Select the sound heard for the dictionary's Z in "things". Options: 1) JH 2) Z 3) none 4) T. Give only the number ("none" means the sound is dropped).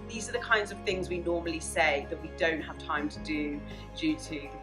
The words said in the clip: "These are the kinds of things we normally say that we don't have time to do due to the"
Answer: 2